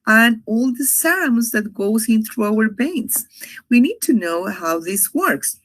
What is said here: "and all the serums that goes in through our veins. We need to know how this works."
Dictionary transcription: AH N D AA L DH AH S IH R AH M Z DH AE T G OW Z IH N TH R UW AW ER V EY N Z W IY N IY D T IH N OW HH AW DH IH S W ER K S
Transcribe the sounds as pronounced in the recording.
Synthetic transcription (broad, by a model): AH N AA L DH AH S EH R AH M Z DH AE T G OW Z IH N TH R UW AW ER B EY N S W IY N IY D T IH N OW HH AW DH IH S W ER K S